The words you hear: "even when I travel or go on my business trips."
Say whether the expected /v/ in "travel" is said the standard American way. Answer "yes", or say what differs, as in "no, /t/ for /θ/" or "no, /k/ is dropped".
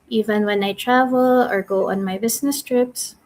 yes